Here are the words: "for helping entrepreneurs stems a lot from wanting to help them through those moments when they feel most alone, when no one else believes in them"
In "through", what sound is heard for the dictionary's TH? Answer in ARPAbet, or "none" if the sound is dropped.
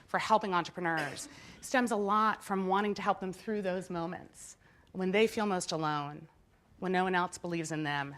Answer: TH